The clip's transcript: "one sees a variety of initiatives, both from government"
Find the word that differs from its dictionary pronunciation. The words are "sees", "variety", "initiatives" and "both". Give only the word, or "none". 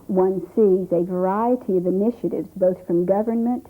none